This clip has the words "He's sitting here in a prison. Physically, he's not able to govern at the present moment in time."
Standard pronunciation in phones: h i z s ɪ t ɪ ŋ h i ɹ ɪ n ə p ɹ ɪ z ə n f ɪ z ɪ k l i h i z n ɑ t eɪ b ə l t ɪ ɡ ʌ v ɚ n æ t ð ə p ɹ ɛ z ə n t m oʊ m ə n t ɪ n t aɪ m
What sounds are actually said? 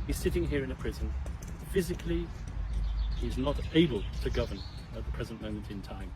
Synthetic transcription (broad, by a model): h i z s ɪ t ɪ ŋ h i ɹ ɪ n ə p ɹ ɪ z ə n f ɪ z ɪ k l i h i z n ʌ t eɪ b ə l t ɪ ɡ ʌ v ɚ n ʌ t ð ə p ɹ ɛ z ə n m oʊ m ə n t ɪ n t aɪ m